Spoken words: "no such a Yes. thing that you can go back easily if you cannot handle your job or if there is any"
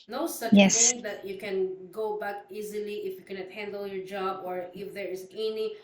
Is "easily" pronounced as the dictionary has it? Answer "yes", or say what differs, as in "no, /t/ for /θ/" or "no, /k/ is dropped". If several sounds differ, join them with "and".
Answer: yes